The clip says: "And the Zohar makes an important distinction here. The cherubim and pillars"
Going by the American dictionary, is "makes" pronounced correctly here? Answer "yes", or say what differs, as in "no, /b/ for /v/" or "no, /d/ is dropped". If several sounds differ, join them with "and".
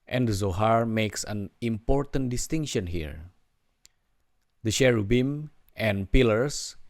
yes